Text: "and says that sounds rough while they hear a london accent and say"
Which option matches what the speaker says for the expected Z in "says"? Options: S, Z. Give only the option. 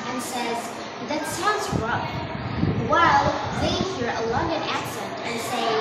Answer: Z